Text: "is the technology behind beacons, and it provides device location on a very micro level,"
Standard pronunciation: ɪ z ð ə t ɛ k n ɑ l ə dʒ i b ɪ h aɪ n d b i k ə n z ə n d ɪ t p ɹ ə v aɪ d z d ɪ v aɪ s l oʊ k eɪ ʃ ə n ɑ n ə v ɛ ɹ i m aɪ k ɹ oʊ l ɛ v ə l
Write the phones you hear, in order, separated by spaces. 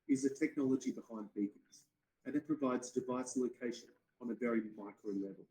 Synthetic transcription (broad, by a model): ɪ z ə t ɛ k n ɑ l ə dʒ i b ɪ h aɪ n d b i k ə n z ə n ɪ t p ɹ ə v aɪ d z d ɪ v aɪ s l oʊ k eɪ ʃ ə n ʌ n ə v ɛ ɹ i m aɪ k ɹ oʊ l ɛ v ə l